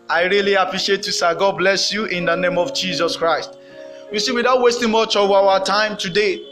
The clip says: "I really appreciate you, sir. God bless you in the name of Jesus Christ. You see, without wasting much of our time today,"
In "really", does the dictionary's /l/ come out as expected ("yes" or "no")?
yes